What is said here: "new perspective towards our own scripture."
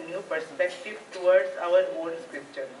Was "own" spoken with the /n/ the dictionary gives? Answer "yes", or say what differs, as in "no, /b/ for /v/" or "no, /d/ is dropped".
no, /l/ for /n/